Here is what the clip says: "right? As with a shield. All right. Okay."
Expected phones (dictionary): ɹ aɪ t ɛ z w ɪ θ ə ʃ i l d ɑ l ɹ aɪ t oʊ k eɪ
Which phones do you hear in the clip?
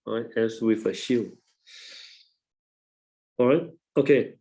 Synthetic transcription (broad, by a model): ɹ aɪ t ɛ s w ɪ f ə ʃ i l ɑ ɹ aɪ t oʊ k eɪ